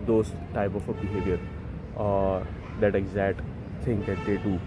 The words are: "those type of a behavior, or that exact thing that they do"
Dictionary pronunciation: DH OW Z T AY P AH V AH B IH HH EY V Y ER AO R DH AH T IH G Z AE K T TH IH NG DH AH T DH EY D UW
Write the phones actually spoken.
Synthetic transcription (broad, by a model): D OW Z T AY P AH F AH B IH HH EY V Y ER AO R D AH T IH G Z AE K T S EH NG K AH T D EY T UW